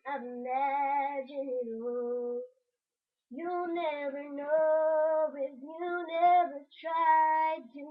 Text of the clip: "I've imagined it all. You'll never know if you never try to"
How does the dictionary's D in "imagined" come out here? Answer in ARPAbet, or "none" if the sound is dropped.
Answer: none